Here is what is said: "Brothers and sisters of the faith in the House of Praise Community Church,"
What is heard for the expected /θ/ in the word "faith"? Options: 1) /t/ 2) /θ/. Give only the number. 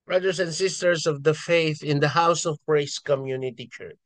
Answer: 2